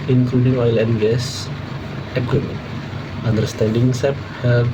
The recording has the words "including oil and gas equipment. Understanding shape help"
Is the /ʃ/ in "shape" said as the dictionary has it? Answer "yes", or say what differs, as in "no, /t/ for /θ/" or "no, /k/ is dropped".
no, /s/ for /ʃ/